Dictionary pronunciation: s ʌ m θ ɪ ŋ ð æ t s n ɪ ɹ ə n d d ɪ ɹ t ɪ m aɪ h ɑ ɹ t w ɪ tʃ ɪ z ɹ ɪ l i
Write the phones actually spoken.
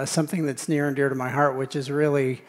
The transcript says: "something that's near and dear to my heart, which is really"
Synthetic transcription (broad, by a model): s ʌ m θ ɪ ŋ ð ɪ t s n ɪ ɹ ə n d d ɪ ɹ t ɪ m aɪ h ɑ ɹ t w ɪ tʃ ɪ z ɹ ɪ l i